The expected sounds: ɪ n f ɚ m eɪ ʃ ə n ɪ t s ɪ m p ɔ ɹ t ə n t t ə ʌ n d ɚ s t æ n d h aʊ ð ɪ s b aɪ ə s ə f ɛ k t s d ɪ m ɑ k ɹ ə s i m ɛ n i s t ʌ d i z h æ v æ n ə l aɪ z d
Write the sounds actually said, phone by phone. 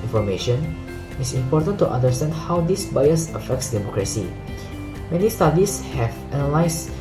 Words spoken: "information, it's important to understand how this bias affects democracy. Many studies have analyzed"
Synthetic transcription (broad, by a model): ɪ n f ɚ m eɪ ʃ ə n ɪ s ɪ m p ɔ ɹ t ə n t t ə n d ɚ s t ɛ n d h aʊ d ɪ s b aɪ ə s ə f ɛ k t s d ɪ m ɑ k ɹ ə s i m ɛ n i s t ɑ d i s h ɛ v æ n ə l aɪ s